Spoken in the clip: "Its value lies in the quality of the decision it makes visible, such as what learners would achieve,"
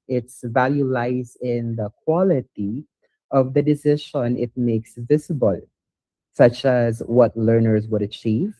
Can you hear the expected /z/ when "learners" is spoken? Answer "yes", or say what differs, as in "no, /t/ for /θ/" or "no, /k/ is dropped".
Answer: yes